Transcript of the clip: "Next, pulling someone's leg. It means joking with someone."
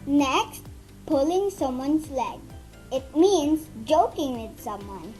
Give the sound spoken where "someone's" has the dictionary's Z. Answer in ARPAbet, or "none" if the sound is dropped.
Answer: S